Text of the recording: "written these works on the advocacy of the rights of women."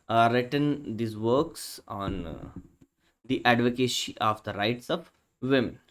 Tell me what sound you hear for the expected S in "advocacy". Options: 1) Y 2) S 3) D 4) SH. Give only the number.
4